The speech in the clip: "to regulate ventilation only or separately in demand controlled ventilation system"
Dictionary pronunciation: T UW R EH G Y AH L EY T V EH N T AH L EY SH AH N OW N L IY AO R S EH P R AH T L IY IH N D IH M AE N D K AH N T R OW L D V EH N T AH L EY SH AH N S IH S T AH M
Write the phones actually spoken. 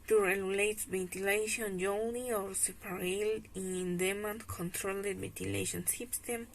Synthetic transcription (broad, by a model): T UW R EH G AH L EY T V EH N T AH L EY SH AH N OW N IY AO R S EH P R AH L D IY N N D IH M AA N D K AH N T R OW L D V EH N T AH L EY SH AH N S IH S T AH M